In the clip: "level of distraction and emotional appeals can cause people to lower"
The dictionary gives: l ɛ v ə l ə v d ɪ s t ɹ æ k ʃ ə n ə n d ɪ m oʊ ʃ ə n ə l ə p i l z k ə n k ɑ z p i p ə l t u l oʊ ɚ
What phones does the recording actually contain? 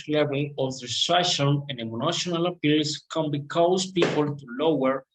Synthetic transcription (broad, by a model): l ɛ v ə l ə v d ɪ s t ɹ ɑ ʃ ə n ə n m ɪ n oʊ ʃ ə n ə l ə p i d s k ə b k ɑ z p i p ə l t u l oʊ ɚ